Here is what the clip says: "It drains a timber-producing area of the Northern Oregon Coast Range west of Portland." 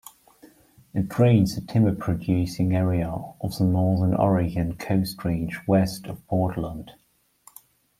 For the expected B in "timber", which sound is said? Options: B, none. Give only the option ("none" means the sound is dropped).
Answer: none